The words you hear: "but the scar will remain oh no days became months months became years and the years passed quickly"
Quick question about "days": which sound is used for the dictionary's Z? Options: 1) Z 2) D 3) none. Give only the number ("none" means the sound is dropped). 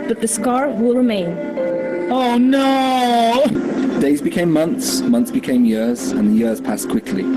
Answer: 1